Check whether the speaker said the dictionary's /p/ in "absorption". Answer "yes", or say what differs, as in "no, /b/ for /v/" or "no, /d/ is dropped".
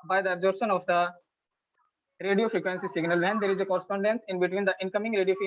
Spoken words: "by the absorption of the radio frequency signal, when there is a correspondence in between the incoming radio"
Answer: no, /p/ is dropped